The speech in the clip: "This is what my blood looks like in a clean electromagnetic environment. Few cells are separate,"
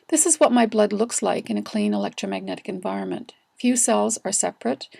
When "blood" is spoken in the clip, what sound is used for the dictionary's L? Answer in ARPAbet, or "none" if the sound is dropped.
L